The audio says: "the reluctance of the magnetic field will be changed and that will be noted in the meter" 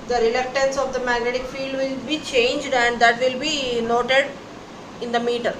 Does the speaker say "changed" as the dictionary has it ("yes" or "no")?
yes